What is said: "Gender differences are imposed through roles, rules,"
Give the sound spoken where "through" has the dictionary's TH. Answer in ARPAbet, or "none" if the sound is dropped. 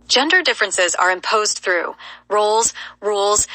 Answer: TH